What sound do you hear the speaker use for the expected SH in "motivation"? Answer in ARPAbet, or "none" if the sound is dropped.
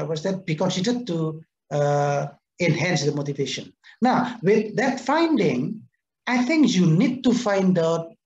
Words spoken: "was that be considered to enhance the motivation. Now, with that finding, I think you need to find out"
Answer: SH